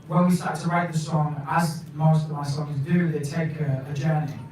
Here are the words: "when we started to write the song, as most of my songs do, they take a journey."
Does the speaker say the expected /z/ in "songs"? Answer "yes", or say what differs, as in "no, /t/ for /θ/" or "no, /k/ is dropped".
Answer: yes